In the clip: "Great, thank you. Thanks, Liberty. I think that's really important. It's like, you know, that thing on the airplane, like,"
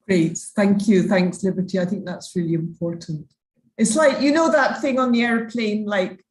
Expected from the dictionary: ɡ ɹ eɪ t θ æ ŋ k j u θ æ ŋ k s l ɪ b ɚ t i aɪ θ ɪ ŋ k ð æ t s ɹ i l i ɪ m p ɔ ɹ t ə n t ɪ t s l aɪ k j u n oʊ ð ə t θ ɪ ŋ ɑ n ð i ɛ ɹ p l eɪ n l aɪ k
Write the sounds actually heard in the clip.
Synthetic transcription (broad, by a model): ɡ ɹ eɪ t θ æ ŋ k j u θ æ ŋ k s l ɪ b ɚ t i aɪ θ ɪ ŋ k ð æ t s ɹ i l i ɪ m p ɔ ɹ t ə n t ɪ t s l aɪ k j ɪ n oʊ ð ə t θ ɪ ŋ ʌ n ð i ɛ ɹ p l eɪ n l aɪ k